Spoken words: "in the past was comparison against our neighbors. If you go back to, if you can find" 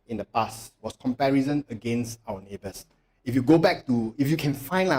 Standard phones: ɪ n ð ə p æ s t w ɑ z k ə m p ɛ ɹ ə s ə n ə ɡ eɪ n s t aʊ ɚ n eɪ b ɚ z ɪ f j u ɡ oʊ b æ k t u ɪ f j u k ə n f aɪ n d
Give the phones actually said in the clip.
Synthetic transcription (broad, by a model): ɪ n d ə p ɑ s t w ɑ s k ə m p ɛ ɹ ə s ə n ə ɡ eɪ n s t aʊ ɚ n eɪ b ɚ s ɪ f j u ɡ oʊ b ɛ k t u ɪ f j u k ə n f aɪ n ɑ